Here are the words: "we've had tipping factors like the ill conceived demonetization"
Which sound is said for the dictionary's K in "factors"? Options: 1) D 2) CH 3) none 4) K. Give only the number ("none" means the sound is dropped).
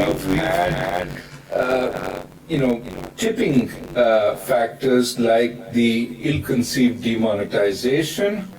4